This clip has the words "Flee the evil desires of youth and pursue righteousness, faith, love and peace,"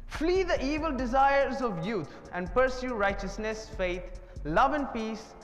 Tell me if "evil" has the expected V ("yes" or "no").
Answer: yes